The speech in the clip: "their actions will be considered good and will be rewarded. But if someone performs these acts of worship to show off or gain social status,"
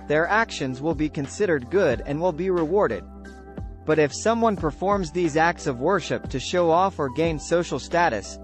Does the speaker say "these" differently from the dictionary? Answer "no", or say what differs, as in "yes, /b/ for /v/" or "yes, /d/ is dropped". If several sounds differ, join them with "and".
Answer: no